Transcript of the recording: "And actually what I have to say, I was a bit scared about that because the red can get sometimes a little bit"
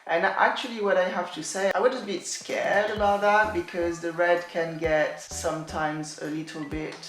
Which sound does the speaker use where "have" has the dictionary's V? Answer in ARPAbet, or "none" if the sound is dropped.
F